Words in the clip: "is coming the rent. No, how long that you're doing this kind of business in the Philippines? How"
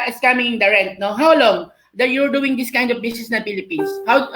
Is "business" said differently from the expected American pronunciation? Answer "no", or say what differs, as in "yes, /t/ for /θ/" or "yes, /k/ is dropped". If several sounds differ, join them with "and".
yes, /s/ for /z/